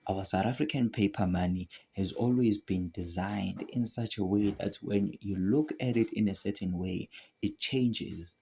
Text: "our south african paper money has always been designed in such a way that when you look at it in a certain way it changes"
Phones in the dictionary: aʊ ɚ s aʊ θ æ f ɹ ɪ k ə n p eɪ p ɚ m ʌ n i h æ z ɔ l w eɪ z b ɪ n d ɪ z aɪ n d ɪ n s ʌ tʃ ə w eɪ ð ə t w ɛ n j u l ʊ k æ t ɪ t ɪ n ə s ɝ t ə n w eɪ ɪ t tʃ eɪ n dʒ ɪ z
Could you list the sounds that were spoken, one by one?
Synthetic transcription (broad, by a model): aʊ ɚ s aʊ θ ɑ f ɹ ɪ k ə n p eɪ p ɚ m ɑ n i h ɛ z ɔ l w eɪ z b ɪ n d ɪ z aɪ n d ɪ n s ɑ tʃ ə w eɪ ð ə t w ɛ n j u l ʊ k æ t ɪ t ɪ n ə s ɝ t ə n w eɪ ɪ t tʃ eɪ n dʒ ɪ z